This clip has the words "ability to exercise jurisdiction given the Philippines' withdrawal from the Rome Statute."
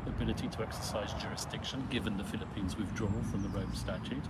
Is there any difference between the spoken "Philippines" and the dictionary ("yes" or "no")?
no